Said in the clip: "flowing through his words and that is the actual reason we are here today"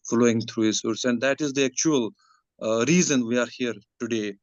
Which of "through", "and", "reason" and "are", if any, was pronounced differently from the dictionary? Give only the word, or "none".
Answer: through